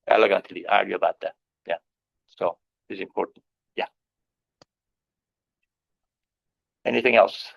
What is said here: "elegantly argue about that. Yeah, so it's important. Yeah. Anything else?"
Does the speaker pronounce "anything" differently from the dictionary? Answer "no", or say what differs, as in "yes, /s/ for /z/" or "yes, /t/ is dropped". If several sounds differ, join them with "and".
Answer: no